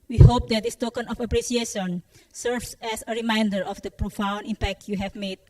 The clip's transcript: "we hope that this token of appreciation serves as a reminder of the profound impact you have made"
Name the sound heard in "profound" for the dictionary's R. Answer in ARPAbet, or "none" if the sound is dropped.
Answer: R